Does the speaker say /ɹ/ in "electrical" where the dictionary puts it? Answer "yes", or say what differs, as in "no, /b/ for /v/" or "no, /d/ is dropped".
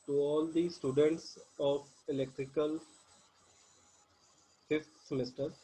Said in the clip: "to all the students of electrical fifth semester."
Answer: yes